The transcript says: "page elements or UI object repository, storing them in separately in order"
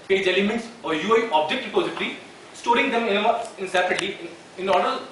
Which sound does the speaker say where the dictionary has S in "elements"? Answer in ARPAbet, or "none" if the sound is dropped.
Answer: S